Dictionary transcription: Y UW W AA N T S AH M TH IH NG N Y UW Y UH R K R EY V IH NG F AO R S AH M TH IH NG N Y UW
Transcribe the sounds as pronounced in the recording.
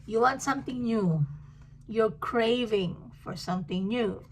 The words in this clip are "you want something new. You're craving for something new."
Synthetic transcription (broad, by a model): Y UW W AA N T S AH M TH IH NG N Y UW Y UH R K R EY V IH NG F AO R S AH M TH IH NG N Y UW